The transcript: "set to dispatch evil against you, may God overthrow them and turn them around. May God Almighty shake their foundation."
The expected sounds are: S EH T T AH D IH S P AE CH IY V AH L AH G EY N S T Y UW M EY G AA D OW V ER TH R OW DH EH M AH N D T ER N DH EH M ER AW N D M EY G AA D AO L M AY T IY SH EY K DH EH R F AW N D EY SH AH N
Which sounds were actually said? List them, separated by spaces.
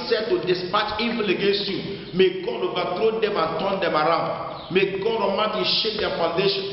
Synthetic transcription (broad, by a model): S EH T T AH D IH S P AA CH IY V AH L AH G EY N S T Y UW M EY G AA D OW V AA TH R OW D EH M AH N T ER N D EH M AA AW N D M EY G AA D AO M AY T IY SH EY K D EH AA F AW N D EY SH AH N